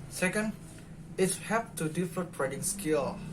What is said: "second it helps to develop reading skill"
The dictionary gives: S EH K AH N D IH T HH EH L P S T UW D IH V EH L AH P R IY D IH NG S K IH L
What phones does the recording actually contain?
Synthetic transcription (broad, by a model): S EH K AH N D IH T HH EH P T UW D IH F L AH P R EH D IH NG S K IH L